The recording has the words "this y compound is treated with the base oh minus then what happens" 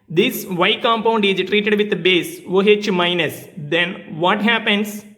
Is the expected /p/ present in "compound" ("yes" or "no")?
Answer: yes